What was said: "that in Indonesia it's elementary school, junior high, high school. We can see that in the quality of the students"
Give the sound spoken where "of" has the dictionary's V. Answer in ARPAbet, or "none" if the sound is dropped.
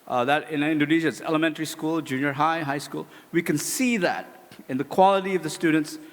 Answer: V